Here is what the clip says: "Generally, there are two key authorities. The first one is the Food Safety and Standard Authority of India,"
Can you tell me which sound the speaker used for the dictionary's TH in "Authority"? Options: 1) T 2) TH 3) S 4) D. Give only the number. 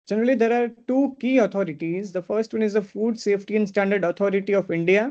1